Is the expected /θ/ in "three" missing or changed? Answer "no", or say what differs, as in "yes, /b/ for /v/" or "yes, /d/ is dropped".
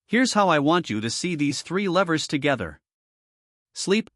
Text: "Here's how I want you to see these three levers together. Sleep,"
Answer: no